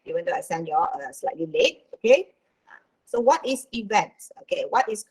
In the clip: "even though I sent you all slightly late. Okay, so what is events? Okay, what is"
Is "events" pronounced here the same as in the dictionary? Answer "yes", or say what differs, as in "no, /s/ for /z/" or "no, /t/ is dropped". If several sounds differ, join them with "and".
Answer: yes